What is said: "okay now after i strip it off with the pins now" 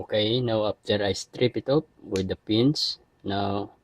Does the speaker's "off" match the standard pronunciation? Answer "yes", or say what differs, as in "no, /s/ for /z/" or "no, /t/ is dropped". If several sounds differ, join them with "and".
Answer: no, /p/ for /f/